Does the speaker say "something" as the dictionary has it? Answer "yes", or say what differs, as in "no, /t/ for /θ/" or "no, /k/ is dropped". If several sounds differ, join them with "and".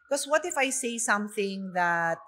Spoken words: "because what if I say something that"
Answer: yes